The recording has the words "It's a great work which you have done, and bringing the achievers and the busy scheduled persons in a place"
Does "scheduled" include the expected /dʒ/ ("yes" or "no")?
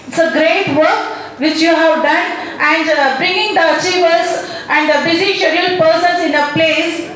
no